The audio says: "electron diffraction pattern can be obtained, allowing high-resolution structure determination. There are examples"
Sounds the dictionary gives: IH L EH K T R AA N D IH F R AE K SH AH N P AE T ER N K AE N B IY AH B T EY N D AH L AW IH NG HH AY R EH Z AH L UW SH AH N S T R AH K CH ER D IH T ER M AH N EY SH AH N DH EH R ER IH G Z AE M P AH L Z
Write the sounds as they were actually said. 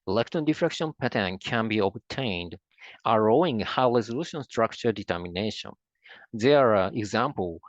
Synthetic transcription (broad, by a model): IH L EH K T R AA N D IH F R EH K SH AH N P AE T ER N K AE N B IY AH B T EY N D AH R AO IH NG HH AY R EH Z AH L UW SH AH N S T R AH K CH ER D IH T ER M AH N EY SH AH N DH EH R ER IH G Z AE M P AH L